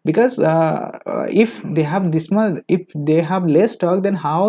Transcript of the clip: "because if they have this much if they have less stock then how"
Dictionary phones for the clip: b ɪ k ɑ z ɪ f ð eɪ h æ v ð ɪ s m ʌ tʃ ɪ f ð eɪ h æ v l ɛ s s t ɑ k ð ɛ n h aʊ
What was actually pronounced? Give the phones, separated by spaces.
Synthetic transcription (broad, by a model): b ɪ k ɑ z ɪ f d eɪ h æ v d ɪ s m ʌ ɪ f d eɪ h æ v l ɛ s s t ɑ k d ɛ n h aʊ